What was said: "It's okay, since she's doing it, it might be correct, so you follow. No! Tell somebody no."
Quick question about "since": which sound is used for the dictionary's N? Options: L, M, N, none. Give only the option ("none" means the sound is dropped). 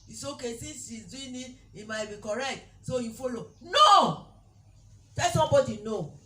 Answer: none